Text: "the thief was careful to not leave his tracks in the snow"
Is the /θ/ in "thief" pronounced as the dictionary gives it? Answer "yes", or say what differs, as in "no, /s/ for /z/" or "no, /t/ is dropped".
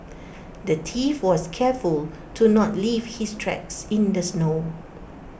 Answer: no, /t/ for /θ/